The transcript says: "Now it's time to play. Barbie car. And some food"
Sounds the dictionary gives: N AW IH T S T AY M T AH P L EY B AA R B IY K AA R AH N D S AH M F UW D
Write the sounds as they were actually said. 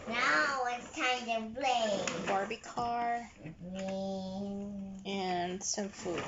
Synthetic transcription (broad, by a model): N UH IH T S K AY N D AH B L EY B AA R B IY K AA R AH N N S AH M F UW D